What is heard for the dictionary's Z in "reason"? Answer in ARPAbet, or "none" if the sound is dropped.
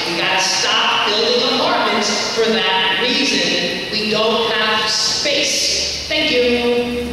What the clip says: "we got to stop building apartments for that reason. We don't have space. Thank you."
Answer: Z